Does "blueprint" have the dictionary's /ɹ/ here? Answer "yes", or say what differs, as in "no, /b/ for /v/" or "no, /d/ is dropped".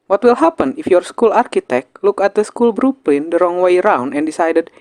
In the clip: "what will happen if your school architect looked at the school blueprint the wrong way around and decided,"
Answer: no, /l/ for /ɹ/